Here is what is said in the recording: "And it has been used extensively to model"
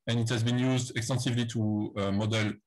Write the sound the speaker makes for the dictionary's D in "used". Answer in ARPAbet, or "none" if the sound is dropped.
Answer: D